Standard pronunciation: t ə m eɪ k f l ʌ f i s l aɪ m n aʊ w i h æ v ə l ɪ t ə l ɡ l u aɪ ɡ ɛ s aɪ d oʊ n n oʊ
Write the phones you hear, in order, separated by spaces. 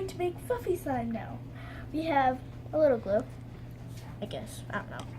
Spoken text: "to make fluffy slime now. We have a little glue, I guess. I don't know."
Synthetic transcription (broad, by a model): t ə m eɪ k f ʌ f i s aɪ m n aʊ w i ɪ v ə l ɪ t l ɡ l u aɪ ɡ ɛ s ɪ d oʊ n n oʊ